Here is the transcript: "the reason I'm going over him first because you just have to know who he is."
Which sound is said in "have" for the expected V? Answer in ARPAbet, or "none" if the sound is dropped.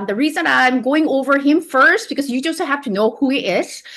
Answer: F